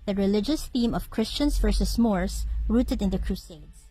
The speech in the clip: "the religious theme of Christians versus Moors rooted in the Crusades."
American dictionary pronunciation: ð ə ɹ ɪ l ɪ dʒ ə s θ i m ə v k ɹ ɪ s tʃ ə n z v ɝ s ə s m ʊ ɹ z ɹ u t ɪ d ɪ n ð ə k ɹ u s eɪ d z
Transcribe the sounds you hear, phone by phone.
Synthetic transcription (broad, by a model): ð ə ɹ ɪ l ɪ dʒ ə s θ i m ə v k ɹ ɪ s tʃ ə n s v ɝ s ə s m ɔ ɹ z ɹ u t ɪ d ɪ n ð ə k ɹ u s eɪ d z